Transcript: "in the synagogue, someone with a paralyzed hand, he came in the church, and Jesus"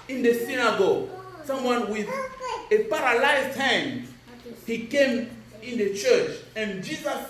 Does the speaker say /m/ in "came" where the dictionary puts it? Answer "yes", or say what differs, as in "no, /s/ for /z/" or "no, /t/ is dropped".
yes